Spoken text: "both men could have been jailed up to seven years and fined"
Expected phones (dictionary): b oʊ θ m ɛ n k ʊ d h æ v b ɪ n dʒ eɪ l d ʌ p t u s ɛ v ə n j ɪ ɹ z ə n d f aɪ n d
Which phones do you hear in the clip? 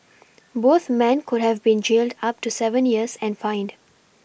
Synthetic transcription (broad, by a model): b oʊ t m ɛ n k ʊ d h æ v b ɪ n dʒ eɪ l d ʌ p t u s ɛ v ə n j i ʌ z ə n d f aɪ n d